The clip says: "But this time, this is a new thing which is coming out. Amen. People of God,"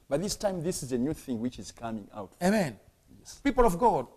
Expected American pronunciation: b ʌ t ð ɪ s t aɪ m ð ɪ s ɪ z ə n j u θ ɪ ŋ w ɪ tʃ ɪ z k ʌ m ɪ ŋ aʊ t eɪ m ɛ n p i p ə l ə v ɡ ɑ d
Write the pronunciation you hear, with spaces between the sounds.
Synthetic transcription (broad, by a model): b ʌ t ð ɪ s t aɪ m ð ɪ s ɪ z ə n j u θ ɪ ŋ w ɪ tʃ ɪ z k ʌ m ɪ ŋ aʊ t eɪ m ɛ n p i p ə l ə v ɡ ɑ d